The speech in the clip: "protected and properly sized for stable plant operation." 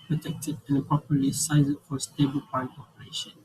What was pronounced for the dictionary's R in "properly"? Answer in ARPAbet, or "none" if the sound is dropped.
none